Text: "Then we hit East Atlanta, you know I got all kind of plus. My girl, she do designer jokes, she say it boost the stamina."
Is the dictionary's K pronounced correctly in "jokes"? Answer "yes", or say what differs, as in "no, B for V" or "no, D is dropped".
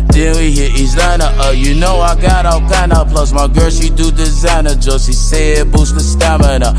no, K is dropped